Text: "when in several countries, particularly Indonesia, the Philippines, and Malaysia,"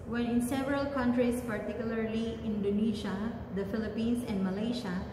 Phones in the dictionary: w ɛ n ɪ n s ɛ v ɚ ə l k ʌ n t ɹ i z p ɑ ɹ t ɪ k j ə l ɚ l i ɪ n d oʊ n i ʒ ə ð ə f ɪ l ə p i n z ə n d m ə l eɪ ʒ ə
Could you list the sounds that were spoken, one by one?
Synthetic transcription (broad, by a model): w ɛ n ɪ n s ɛ v ɚ ə l k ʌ n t ɹ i s p ɑ ɹ t ɪ k j ə l ɚ l i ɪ n d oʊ n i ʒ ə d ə f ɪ l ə p i n s ə n d m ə l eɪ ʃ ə